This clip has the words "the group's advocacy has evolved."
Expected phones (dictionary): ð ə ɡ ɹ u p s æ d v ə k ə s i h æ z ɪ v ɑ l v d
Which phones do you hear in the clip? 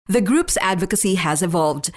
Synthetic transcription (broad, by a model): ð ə ɡ ɹ u p s æ d v ə k ə s i h æ z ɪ v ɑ l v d